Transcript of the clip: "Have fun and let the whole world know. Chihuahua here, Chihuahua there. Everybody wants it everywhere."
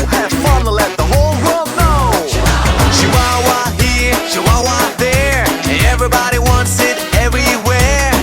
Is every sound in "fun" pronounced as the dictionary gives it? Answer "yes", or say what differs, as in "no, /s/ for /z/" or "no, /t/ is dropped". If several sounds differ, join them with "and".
no, /l/ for /n/